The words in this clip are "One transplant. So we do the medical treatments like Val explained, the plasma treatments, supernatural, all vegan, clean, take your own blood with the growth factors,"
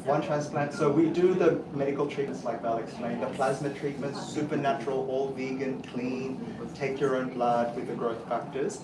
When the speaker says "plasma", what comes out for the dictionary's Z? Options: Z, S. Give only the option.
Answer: Z